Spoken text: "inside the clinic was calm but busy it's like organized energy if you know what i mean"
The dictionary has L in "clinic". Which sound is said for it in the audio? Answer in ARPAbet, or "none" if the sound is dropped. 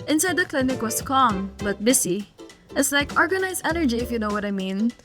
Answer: L